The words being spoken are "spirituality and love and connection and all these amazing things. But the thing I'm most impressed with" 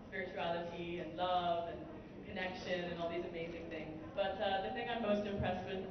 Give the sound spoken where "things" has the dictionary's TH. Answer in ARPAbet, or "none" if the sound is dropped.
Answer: TH